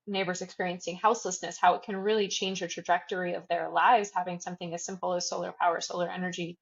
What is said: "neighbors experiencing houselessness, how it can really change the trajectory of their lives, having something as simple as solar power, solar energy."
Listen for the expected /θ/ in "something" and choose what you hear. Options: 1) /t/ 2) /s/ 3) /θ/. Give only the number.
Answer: 3